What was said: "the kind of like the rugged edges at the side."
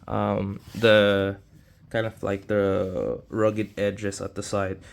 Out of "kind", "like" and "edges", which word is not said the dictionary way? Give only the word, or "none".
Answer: edges